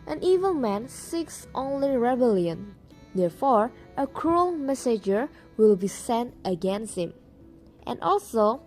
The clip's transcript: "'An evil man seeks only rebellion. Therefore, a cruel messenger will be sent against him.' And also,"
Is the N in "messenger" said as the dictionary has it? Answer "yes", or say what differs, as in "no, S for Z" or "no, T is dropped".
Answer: no, N is dropped